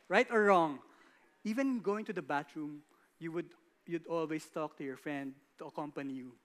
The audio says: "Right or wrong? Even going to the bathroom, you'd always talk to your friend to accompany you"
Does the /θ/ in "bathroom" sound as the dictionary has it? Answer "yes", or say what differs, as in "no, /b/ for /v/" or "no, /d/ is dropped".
no, /t/ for /θ/